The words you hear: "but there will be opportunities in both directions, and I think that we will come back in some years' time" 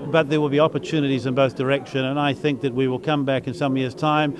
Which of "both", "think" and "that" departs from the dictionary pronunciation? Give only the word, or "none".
none